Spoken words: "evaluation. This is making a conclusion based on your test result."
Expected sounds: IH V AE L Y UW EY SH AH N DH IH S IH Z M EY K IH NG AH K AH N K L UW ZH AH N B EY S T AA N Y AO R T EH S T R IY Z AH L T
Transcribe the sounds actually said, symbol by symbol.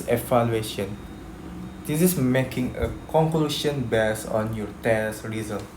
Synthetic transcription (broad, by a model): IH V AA L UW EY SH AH N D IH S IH S M EY K IH NG AH K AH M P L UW SH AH N B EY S AA N Y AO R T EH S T R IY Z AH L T